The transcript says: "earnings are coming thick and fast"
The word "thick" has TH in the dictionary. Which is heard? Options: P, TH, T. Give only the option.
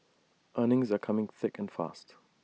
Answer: TH